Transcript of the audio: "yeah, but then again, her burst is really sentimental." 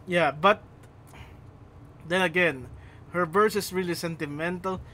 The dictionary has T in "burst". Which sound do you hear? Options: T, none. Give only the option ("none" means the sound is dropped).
none